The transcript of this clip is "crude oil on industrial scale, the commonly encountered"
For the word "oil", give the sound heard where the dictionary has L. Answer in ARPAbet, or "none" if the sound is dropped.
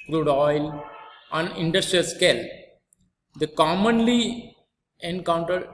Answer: L